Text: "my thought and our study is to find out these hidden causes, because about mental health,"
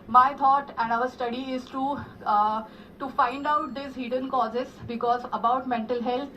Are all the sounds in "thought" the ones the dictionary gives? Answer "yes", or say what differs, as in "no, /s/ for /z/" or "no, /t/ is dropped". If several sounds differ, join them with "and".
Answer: no, /t/ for /θ/